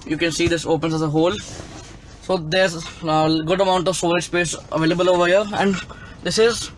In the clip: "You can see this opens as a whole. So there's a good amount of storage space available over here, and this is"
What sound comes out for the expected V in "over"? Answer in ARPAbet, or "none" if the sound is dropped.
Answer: V